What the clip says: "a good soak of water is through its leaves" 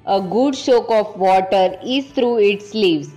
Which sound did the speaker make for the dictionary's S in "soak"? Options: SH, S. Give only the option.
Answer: SH